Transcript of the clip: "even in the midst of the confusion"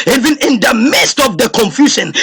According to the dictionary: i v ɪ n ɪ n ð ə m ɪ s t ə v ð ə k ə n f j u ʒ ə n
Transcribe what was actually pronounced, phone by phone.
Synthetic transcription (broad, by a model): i v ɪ n ɪ n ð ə m ɪ s t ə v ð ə k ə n f j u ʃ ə n